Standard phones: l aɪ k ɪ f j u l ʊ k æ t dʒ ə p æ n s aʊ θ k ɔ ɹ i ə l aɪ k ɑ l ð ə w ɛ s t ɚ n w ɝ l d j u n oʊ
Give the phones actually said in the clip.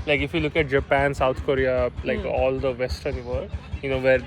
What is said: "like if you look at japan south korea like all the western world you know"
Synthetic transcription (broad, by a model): l aɪ k ɪ f j u l ʊ k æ t dʒ ə p æ n s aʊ t k ɔ ɹ i ə l aɪ k ɑ l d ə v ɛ s t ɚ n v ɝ d j u n oʊ